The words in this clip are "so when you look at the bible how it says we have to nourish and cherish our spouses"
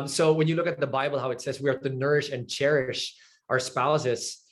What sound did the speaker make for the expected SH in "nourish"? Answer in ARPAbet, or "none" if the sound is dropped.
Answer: SH